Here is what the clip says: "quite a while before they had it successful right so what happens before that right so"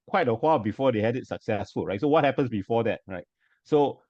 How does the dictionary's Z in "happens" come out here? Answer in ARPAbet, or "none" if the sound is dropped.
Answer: S